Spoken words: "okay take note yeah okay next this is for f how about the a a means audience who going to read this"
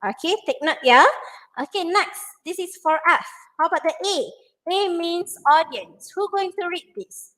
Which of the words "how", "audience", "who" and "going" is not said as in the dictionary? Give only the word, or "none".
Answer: none